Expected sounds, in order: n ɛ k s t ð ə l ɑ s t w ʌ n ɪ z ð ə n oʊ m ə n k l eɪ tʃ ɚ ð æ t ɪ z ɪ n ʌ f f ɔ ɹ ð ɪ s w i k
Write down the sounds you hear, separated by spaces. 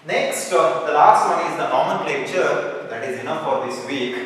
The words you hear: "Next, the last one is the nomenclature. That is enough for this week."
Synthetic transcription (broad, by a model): n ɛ k s t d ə l ɑ s t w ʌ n ɪ z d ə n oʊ m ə n l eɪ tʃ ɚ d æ t ɪ z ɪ n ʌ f f ɔ ɹ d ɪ s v i k